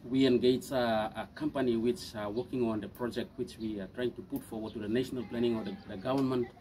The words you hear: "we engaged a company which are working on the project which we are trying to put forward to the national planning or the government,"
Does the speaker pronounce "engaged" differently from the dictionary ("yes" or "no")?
yes